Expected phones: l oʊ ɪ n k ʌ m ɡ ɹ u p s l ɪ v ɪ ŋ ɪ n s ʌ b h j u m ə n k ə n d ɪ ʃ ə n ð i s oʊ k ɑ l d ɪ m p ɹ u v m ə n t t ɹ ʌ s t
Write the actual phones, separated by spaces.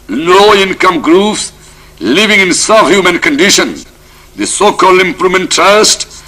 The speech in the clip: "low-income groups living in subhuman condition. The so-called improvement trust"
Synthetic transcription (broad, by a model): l oʊ ɪ n k ʌ m ɡ ɹ u p s l ɪ v ɪ ŋ ɪ n s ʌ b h j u m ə n k ə n d ɪ ʃ ə n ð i s oʊ k ɑ l d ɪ m p ɹ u m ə n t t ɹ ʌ s t